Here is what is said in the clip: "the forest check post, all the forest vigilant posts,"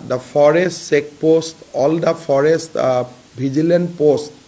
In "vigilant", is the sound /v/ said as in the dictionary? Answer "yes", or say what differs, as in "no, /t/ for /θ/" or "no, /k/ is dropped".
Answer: no, /b/ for /v/